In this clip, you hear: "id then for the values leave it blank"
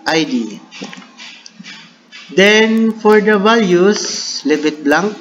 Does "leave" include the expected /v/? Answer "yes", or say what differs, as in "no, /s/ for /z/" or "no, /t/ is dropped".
no, /b/ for /v/